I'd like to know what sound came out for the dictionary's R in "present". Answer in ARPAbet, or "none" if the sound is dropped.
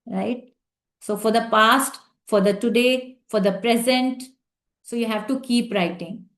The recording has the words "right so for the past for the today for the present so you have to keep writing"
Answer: R